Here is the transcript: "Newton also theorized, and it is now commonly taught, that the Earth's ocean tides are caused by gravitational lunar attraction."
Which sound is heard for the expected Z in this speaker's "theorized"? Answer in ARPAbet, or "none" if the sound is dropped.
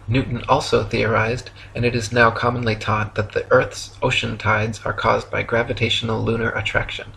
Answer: Z